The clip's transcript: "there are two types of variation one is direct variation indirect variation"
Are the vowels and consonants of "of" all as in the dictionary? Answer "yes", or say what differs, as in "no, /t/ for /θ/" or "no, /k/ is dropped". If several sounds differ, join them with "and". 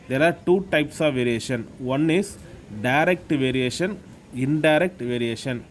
yes